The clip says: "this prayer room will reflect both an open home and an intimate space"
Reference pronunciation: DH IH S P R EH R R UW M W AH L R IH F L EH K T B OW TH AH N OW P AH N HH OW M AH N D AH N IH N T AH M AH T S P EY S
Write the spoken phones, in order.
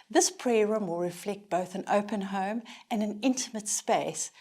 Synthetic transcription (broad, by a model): DH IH S P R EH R R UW M W AH L R IH F L EH K T B OW TH AH N OW P AH N HH OW M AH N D AH N IH N T AH M AH T S P EY S